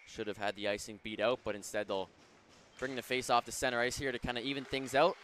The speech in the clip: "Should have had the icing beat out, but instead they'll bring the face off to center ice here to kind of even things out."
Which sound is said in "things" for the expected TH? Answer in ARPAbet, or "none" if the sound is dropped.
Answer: TH